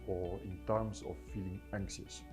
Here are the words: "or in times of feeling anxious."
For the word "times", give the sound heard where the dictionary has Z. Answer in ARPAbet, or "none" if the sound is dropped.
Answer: S